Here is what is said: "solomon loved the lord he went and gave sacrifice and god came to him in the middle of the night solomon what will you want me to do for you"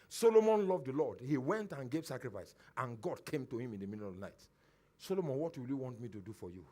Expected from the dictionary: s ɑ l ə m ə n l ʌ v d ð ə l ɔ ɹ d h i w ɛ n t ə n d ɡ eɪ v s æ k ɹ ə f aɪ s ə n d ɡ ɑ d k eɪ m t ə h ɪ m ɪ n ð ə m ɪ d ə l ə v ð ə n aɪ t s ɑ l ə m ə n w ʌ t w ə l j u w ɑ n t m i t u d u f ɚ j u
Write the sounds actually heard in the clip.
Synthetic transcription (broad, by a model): s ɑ l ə m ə n l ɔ v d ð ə l ɔ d h i w ɛ n t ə n ɡ eɪ v s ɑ k ɹ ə f aɪ s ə n ɡ ɑ d k eɪ m t ə h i m ɪ n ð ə m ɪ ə n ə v n aɪ t s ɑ l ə m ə n w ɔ t w ə l j u w ɑ n t m i t u d u f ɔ j u